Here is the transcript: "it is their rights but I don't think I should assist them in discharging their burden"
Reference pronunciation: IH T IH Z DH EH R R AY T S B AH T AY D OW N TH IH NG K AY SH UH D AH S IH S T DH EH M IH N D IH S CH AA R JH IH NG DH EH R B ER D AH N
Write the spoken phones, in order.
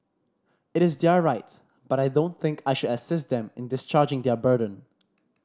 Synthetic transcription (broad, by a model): IH T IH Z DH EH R R AY T B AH T AY D OW N TH IH NG K AY SH UH D AH S IH S T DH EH M IH N D IH S CH AA R JH IH NG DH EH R B ER D AH N